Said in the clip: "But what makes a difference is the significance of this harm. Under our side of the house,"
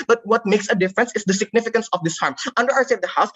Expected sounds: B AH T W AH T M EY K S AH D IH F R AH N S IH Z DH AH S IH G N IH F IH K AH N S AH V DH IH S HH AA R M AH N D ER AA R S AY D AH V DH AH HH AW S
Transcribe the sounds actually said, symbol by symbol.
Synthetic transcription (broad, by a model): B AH T W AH T M EY K S AH D IH F R AH N S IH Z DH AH S IH G N IH F IH K AH N S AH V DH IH S HH AA R M AH N D ER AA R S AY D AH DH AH HH AW S